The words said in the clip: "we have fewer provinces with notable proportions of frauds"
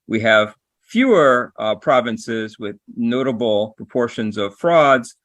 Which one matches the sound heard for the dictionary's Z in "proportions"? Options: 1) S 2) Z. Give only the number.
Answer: 2